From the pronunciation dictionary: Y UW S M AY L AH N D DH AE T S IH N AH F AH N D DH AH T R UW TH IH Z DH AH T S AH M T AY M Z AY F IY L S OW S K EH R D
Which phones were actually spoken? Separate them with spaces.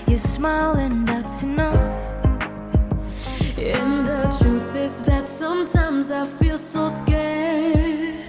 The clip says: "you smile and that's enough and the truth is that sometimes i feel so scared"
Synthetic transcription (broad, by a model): Y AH S M AY L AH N DH AE T S IH N AH F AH N DH AH T R UW TH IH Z DH AH T S AH M T AY M Z AY F IY L S OW S K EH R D